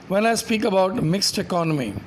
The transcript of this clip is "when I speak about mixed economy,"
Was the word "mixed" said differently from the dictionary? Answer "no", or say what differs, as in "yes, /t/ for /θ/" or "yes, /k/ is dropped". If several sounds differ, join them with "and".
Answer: no